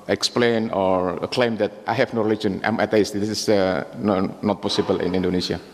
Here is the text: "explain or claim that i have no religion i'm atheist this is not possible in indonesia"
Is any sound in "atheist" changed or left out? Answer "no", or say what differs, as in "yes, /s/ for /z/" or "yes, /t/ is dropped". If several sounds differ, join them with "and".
yes, /t/ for /θ/